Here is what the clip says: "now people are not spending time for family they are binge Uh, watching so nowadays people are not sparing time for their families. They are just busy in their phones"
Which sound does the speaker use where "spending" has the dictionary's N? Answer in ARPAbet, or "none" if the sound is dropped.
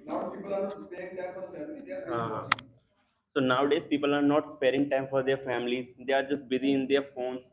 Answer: none